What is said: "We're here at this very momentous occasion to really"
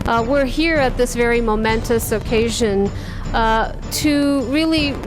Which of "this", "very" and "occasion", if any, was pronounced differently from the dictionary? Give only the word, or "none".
none